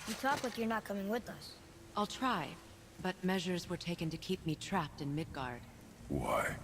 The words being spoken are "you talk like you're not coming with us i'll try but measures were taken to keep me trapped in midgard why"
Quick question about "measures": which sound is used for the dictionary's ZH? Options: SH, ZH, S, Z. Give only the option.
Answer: ZH